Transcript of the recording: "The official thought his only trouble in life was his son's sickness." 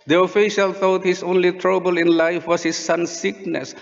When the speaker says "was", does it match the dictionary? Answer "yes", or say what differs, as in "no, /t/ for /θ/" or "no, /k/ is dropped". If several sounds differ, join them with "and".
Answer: no, /s/ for /z/